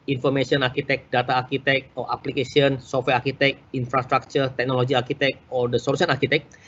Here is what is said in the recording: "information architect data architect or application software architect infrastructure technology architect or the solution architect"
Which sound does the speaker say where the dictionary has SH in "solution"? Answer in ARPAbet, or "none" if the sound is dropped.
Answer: S